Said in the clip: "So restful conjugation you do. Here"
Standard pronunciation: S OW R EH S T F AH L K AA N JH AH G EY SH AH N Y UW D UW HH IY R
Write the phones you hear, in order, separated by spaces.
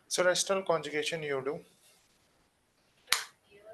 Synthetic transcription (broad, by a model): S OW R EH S T AH L K AA N JH AH G EY SH AH N Y UW D UW